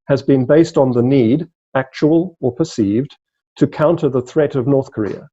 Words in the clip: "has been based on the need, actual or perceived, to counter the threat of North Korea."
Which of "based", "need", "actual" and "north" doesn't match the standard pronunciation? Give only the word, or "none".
none